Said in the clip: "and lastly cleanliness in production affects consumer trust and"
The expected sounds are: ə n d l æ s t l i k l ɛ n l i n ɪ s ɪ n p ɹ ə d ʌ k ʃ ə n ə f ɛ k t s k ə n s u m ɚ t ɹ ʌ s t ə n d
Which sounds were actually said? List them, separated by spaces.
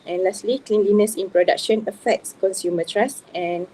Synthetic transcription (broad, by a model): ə n l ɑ s t l i k l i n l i n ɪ s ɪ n p ɹ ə d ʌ k ʃ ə n ə f ɛ k t s k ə n s u m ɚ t ɹ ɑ s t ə n